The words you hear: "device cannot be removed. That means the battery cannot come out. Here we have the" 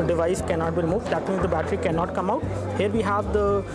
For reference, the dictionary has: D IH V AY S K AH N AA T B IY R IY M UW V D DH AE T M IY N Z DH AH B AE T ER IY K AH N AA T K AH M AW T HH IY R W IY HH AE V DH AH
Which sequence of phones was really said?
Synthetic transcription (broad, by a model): D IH V AY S K AH N AA T B IY R IY M UW V D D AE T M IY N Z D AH B AE T ER IY K AH N AA T K AH M AW T HH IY R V IY HH AE V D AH